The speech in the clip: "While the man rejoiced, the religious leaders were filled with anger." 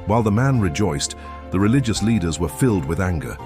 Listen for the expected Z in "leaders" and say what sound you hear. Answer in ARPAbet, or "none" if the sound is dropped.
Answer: Z